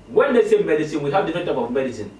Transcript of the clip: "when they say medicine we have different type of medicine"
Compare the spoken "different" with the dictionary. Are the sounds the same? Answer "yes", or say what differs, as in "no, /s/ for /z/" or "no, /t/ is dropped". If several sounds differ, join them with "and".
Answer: no, /ɹ/ is dropped